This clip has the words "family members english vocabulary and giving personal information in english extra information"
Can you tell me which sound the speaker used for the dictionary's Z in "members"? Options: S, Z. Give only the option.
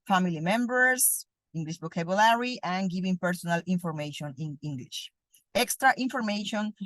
S